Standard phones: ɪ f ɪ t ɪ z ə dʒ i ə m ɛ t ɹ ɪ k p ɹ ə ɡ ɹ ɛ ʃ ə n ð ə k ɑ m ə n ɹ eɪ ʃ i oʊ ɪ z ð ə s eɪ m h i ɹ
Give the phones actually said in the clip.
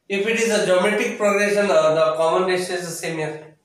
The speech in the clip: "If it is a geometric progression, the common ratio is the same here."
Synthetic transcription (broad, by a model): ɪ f ɪ t ɪ z ə dʒ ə m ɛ t ɪ k p ɹ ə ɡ ɹ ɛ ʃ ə n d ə k ɑ m ə n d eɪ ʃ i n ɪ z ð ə s eɪ m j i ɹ